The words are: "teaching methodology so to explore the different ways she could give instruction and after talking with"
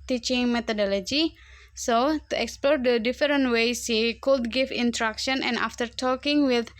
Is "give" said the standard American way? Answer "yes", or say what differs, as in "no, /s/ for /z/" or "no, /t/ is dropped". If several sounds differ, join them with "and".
no, /f/ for /v/